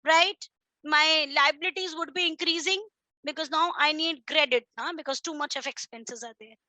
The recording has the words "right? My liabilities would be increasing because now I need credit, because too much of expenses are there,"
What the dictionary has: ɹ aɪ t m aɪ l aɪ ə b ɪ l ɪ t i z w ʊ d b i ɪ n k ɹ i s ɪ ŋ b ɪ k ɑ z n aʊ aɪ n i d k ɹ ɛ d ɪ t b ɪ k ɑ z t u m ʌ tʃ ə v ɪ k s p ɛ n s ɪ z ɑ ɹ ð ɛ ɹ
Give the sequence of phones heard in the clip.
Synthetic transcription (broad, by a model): ɹ aɪ t m aɪ l aɪ ə b ɪ l ɪ t i z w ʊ d b i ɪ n k ɹ i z ɪ ŋ b ɪ k ɑ z n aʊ aɪ n i d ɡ ɹ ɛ d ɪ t b ɪ k ɑ z t u m ʌ tʃ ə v ɪ k s p ɛ n s ɪ z ɑ ɹ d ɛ ɹ